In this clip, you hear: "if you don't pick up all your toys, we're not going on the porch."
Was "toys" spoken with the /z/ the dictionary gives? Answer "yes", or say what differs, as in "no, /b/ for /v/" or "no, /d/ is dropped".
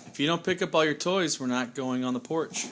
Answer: yes